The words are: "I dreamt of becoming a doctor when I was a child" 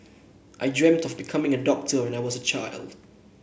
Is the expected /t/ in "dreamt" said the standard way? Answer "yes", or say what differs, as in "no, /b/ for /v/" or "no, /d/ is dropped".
yes